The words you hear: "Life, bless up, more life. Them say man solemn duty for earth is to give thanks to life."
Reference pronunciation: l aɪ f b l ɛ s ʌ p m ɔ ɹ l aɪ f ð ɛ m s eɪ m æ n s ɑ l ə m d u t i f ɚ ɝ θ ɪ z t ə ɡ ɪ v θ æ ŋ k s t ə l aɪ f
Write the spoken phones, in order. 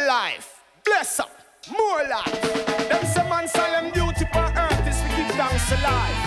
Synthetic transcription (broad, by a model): l aɪ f b l ɛ s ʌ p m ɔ l aɪ f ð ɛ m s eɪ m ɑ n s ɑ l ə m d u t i p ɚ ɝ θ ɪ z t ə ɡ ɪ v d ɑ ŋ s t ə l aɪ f